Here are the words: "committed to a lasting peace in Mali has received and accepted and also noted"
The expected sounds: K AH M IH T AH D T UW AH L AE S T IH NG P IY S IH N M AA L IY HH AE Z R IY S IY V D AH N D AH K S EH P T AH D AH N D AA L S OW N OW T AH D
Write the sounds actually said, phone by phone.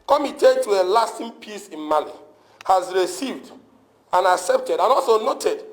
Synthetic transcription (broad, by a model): K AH M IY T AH T UW AH L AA S T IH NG P IY S IH N M AA L IY HH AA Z R IY S IY V D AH N AH K S EH P T AH D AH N AA L S OW N OW T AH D